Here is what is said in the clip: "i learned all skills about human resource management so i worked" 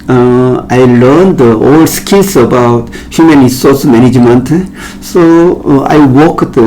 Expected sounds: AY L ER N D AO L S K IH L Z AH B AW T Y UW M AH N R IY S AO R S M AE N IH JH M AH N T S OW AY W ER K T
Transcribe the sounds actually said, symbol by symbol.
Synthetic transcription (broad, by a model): AY L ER N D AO L S K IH L S AH B AW T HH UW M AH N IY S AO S M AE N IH JH M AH N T S OW AY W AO K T